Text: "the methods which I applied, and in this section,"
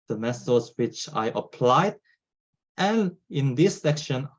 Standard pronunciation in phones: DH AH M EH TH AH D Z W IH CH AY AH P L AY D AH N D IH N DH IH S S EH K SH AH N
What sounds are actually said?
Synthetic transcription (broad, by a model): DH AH M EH S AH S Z W IH CH AY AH P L AY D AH N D IH N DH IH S S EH K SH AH N